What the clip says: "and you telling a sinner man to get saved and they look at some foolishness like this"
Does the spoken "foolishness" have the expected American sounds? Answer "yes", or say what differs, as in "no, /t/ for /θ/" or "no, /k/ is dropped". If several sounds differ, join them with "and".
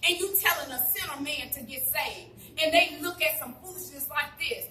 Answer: no, /p/ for /f/